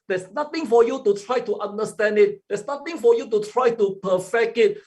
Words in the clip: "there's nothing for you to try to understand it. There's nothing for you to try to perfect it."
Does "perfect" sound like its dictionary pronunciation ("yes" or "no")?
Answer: no